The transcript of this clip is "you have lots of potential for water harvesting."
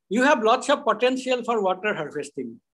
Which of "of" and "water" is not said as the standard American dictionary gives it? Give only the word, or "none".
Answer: of